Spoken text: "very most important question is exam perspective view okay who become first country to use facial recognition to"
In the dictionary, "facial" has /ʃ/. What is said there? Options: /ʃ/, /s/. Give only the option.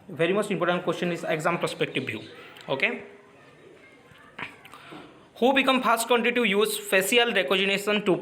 /s/